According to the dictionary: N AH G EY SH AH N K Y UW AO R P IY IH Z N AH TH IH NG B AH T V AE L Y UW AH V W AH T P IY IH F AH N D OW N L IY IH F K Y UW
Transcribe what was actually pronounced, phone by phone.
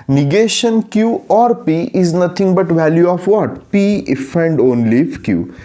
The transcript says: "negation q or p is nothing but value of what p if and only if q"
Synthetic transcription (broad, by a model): N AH G EY SH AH N K Y UW AO R P IY IH Z N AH T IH NG B AH T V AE L Y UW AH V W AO T P IY IH F AH N D OW N L IY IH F K Y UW